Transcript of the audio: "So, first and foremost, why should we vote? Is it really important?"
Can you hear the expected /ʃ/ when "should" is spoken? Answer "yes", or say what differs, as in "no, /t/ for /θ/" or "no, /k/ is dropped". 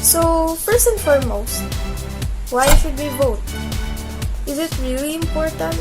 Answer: no, /s/ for /ʃ/